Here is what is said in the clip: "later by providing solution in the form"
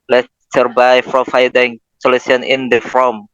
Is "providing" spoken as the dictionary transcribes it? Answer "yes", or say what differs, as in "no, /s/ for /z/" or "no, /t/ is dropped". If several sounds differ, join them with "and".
no, /f/ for /p/ and /f/ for /v/